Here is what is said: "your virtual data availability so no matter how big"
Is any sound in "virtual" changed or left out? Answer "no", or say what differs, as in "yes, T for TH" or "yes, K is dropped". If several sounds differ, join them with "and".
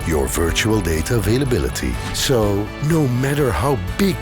no